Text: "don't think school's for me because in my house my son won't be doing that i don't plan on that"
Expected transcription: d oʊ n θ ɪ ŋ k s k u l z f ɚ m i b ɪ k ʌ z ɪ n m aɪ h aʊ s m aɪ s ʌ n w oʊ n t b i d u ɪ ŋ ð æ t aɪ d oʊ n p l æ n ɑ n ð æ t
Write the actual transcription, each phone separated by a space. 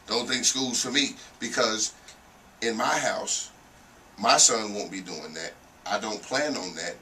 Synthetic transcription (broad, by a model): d oʊ n θ ɪ ŋ k s k u l z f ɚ m i b ɪ k ʌ z ɪ n m aɪ h aʊ s m aɪ s ʌ n w oʊ n b i d u ɪ ŋ ð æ t aɪ d oʊ n p l æ n n ð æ t